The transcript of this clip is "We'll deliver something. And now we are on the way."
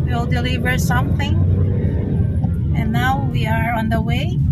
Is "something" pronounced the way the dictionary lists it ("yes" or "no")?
yes